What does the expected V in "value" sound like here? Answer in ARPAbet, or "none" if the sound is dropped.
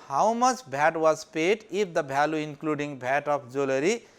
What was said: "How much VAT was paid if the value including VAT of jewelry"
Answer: B